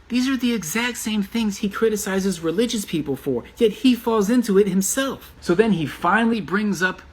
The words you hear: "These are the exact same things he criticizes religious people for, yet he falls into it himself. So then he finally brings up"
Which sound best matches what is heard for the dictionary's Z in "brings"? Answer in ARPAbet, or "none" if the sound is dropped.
Z